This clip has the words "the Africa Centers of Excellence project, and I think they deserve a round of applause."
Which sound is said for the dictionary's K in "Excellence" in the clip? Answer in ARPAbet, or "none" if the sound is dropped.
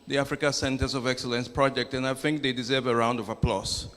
K